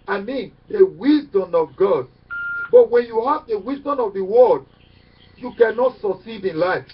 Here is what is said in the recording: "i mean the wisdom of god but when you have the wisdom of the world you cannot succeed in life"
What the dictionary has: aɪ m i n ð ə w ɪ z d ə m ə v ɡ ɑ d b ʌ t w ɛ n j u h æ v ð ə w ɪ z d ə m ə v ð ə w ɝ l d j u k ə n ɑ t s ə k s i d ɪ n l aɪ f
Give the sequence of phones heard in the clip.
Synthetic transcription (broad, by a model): aɪ m i n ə w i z d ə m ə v ɡ ɑ d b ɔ t w ɛ n j u h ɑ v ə w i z d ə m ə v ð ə w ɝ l d j u k ə n ɑ t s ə s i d ɪ n l aɪ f